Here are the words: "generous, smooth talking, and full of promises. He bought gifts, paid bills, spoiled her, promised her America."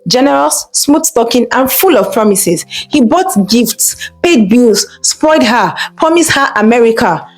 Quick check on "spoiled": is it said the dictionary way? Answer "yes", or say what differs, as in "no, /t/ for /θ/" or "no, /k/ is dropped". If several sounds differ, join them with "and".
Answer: no, /l/ is dropped